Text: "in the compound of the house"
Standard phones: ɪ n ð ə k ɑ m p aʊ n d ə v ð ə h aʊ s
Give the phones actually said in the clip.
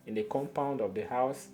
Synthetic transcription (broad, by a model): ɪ n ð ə k ɑ m p aʊ n d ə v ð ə h aʊ s